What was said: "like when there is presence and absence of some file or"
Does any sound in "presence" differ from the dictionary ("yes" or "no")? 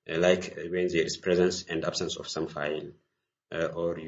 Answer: no